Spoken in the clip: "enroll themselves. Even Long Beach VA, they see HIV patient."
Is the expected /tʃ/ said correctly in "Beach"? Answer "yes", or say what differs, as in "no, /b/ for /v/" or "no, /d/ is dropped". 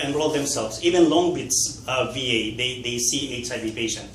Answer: no, /s/ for /tʃ/